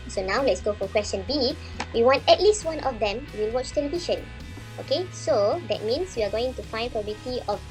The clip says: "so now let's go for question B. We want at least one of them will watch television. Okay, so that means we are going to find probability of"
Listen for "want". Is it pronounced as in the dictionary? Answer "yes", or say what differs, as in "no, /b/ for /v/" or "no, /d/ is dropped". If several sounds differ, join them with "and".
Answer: yes